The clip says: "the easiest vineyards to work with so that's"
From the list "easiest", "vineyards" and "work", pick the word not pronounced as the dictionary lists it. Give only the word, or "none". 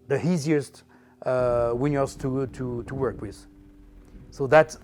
vineyards